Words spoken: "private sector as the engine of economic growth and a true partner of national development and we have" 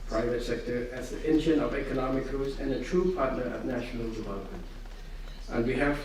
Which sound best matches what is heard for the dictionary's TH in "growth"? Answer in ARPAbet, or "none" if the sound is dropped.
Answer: S